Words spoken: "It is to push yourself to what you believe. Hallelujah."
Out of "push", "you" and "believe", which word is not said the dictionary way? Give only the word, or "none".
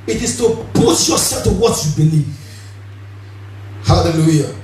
push